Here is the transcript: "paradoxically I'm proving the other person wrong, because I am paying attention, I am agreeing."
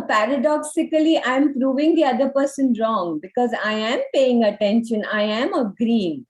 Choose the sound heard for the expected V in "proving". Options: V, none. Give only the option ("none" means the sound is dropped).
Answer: V